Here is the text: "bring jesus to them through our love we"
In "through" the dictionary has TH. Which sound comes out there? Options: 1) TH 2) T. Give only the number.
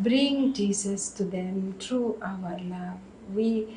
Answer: 2